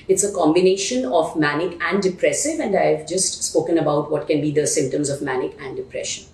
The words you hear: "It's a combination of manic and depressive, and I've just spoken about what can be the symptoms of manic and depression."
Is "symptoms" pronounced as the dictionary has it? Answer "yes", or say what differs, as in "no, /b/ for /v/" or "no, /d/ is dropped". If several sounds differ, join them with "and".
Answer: yes